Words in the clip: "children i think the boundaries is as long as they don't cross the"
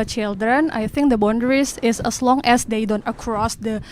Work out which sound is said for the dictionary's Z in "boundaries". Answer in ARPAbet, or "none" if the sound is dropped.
S